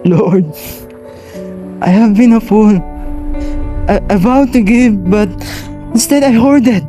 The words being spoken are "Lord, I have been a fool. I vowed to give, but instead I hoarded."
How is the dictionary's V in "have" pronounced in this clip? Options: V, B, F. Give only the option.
V